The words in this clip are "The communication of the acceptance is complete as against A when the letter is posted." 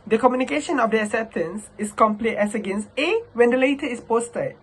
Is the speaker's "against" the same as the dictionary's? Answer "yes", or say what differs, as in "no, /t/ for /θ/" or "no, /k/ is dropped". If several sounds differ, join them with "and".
yes